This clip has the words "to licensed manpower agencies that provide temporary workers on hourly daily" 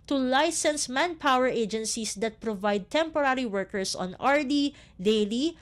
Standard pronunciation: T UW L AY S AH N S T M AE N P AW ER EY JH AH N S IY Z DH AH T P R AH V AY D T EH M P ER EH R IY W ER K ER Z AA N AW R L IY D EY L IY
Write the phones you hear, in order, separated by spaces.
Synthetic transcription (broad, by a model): T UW L AY S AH N S M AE N P AW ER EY JH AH N S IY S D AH T P R AH V AY D T EH M P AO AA R IY W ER K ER S AA N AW R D IY D EY L IY